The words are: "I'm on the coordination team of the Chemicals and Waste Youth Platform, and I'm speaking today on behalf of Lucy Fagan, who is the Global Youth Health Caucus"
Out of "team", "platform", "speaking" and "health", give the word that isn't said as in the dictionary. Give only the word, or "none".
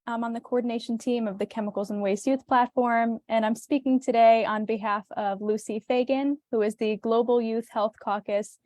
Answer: none